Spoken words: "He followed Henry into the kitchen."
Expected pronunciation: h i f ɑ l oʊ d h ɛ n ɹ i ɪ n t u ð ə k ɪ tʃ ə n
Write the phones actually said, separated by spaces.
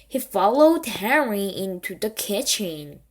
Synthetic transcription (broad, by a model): h i f ɑ l oʊ d h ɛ ɹ i ɪ n t u ð ə k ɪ tʃ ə n